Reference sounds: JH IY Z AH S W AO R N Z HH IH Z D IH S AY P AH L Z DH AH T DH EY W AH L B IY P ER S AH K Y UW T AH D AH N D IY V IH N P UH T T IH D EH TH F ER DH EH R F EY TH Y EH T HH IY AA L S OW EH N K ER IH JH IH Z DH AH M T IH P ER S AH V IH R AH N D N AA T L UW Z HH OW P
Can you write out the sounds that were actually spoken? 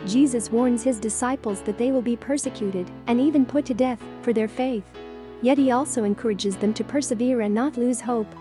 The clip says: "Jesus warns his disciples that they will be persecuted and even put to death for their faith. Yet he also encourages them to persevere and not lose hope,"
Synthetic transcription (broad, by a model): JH IY Z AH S W AO R N Z HH IH Z D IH S AY P L Z DH AH T DH EY W AH L B IY P ER S AH K Y UW T AH D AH N IY V IH N P UH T T IH D EH TH F ER DH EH R F EY TH Y EH T HH IY AA L S OW EH N K ER IH JH IH Z DH AH M T IH P ER S AH V IH R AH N N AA T L UW Z HH OW P